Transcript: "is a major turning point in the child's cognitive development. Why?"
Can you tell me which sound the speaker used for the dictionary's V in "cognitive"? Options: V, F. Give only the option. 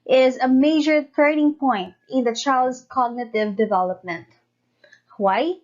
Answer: V